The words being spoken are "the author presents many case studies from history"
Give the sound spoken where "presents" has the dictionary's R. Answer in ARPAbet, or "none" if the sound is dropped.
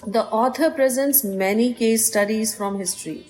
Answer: R